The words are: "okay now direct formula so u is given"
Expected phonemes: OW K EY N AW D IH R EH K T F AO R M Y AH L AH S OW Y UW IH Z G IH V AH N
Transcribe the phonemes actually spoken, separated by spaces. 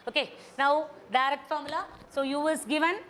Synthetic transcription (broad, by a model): OW K EY N AW D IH R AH T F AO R M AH L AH S OW Y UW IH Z G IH V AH N